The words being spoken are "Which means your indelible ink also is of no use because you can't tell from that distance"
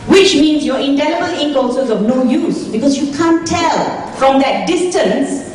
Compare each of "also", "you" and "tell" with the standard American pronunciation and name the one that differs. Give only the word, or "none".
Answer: also